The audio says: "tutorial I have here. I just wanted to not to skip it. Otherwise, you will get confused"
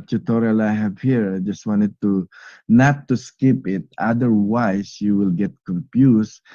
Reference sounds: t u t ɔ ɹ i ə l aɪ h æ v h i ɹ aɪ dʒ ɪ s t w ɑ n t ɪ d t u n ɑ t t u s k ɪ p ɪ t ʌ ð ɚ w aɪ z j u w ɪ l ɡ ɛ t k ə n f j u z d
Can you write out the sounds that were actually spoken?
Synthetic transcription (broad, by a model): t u t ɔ ɹ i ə l aɪ h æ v h i ɹ aɪ dʒ ɪ s t w ɑ n t ɪ d t u n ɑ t t u s k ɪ p ɪ t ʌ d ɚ w aɪ s j u w ɪ l ɡ ɛ t k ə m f j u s